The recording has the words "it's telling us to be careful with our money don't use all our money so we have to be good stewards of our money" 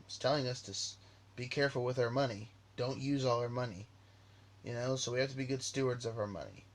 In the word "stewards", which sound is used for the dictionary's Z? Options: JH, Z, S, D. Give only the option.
Z